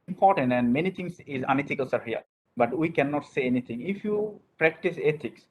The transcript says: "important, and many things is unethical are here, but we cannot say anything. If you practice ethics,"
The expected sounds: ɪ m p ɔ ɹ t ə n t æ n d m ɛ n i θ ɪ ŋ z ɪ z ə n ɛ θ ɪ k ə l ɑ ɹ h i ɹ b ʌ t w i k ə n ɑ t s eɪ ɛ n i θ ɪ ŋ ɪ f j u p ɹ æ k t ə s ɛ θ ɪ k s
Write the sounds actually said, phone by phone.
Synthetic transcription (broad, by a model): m p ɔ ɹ t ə n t æ n d m ɛ n i t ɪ ŋ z ɪ z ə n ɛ t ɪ k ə l ɑ ɹ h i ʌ b ʌ t w i k ə n ɑ t s eɪ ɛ n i t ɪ ŋ ɪ f j u p ɹ æ k t ə s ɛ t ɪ k s